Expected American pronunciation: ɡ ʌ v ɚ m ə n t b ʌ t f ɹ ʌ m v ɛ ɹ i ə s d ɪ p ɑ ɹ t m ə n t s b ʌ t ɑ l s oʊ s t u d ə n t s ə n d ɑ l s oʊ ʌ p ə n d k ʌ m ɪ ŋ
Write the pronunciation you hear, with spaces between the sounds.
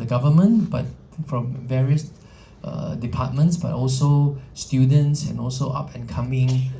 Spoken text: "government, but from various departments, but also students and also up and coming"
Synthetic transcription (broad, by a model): ɡ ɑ v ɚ m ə n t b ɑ t f ɹ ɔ m v ɛ ɹ i ə s d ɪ p ɑ t m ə n t s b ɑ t ɑ l s oʊ s t u d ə n t s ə n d ɑ l s oʊ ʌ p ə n k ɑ m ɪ ŋ